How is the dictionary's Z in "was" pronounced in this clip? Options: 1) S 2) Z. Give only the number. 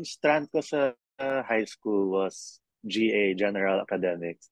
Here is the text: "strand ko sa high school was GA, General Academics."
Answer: 1